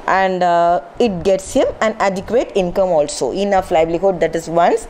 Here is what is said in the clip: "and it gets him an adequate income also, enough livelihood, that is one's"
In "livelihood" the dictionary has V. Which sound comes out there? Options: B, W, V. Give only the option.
B